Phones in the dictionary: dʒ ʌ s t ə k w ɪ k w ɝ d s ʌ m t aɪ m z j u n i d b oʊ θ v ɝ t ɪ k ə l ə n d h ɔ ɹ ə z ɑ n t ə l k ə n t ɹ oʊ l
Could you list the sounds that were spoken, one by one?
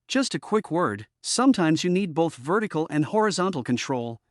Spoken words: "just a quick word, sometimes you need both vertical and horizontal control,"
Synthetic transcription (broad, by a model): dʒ ʌ s t ə k w ɪ k w ɝ d s ʌ m t aɪ m z j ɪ n i d b oʊ θ v ɝ t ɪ k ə l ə n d h ɔ ɹ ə z ɑ n t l k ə n t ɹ oʊ l